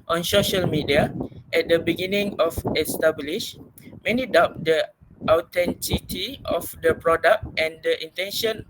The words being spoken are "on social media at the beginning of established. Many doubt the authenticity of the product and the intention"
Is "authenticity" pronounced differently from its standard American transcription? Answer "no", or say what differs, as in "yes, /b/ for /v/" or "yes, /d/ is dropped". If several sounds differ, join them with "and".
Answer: yes, /t/ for /θ/